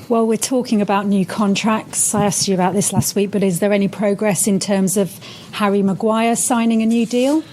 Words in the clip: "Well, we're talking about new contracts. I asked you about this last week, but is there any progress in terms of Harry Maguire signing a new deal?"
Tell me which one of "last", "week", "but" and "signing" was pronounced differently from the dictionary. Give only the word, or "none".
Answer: none